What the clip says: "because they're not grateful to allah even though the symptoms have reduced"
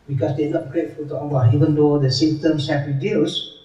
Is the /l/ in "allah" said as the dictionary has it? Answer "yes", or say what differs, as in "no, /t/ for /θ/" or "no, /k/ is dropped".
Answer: no, /n/ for /l/